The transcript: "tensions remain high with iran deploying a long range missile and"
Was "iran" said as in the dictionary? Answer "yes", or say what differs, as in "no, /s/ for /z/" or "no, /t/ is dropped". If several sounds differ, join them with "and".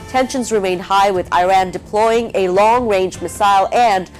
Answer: yes